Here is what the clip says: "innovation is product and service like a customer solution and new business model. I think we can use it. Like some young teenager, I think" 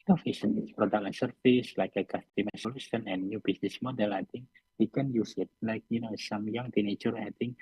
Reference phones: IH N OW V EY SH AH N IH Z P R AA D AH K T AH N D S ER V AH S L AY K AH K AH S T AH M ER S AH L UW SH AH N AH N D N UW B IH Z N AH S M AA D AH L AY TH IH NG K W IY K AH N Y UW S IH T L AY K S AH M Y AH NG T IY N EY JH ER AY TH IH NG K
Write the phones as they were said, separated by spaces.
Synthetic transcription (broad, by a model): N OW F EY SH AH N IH S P R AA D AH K AH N S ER F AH S L AY K AH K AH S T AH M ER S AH L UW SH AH N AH N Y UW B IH S N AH S M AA D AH L AY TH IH NG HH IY K AH N Y UW S IH T L AY K S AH M Y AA NG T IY N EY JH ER AY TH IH NG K